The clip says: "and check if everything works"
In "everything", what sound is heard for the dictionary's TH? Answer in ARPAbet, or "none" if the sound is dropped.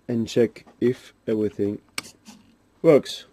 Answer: TH